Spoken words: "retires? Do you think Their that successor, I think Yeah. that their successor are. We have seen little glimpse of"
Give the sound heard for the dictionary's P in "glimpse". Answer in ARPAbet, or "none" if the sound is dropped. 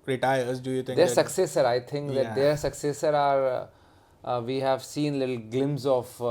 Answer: none